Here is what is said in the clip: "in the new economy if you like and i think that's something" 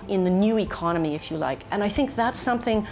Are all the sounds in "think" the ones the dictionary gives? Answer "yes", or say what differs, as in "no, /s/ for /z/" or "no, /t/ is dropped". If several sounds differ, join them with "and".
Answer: yes